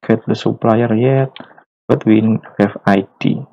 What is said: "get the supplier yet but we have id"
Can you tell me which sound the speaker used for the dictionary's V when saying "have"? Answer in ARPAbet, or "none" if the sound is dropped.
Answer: F